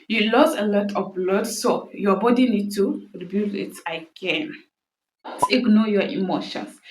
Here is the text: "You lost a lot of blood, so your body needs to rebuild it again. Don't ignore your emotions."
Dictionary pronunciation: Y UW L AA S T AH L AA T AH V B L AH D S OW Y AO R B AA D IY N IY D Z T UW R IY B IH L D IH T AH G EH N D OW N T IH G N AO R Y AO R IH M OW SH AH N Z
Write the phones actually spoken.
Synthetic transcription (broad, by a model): Y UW L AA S AH L AA T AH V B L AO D S OW Y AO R B AA D IY N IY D T UW R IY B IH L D IH T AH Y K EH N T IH G N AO Y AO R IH M OW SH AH N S